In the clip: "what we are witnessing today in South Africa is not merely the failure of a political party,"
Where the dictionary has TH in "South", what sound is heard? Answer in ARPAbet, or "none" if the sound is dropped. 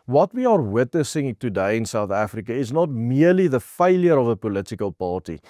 TH